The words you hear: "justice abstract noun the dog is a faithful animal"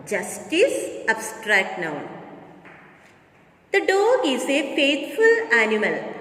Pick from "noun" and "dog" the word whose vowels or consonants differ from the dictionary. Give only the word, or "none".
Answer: dog